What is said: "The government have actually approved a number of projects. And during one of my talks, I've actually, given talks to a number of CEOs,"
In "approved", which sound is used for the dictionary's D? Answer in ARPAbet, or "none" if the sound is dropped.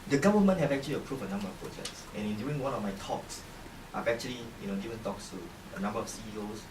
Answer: none